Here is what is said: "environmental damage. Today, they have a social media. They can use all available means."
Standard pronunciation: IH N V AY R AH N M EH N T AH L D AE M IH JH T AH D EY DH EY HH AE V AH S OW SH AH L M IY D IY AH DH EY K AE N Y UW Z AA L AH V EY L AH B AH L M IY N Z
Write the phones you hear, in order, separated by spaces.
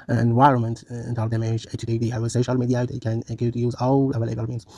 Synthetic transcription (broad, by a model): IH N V AY R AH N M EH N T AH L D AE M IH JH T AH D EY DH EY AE W AH S OW SH AH L M IY D IY AH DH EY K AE N Y UW Z AA L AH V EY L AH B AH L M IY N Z